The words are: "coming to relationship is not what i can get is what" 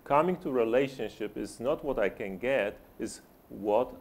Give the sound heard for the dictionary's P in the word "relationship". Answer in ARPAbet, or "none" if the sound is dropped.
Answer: P